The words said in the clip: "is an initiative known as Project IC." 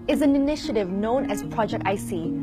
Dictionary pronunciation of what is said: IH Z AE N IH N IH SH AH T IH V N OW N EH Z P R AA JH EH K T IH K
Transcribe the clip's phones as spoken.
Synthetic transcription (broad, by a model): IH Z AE N IH N IH SH AH T IH V N OW N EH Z P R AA JH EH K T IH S